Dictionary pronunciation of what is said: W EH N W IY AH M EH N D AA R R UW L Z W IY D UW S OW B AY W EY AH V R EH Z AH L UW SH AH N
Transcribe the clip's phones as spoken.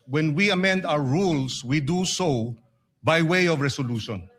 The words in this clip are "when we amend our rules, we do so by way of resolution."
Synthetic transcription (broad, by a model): W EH N W IY AH M EH N D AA W R UW L S W IY D UW S OW B AY W EY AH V R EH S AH L UW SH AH N